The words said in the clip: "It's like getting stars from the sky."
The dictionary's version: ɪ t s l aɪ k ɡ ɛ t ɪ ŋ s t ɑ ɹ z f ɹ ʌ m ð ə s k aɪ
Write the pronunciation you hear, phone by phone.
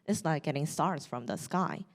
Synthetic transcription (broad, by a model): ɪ t s n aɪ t ɡ ɛ t ɪ ŋ s t ɑ ɹ z f ɹ ʌ m ð ə s k aɪ